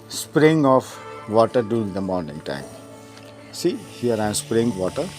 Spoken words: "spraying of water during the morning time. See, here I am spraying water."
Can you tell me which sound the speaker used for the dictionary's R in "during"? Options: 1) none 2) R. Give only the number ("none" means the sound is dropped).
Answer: 1